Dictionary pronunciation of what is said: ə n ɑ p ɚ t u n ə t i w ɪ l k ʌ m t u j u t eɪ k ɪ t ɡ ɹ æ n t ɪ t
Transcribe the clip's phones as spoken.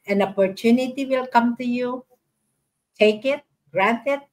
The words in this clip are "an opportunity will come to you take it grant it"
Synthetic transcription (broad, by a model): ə n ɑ p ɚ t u n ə t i w ɪ l k ʌ m t u j u t eɪ k ɪ t ɡ ɹ æ n t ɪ t